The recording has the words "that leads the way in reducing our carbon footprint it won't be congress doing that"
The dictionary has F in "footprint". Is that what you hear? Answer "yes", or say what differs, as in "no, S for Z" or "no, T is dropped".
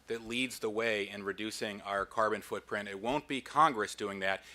yes